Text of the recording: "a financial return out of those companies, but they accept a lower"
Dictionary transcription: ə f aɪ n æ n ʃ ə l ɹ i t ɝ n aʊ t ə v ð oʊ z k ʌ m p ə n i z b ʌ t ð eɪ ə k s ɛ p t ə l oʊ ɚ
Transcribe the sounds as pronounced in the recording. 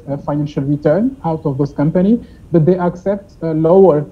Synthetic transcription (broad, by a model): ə f aɪ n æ n ʃ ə l ɹ i t ɝ n aʊ t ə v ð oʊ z k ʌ m p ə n i b ʌ t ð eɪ ə k s ɛ p t l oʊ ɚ